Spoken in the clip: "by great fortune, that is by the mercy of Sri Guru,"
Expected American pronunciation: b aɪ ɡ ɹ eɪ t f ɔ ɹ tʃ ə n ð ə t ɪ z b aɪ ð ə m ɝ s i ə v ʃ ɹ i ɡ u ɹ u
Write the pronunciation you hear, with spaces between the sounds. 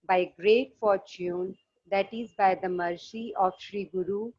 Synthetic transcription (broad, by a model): b aɪ ɡ ɹ eɪ t f ɔ ɹ tʃ ə n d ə t ɪ z b aɪ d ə m ɝ s i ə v ʃ ɹ i ɡ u ɹ u